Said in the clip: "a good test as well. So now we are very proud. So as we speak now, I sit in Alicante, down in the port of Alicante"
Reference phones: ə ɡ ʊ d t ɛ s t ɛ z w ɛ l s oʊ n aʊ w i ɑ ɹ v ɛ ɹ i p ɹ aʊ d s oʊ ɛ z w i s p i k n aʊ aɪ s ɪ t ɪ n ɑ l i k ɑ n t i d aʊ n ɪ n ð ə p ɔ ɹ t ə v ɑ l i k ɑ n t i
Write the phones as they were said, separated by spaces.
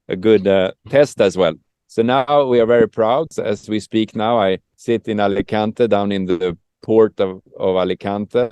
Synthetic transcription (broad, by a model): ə ɡ ʊ d t ɛ s t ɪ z w ɛ l s oʊ n aʊ w i ɑ ɹ v ɛ ɹ i p ɹ aʊ d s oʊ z w i s p i k n aʊ aɪ s ɪ t ɪ n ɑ l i k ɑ n t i d aʊ n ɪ n ð ə p ɔ ɹ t ə v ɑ l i k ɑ n t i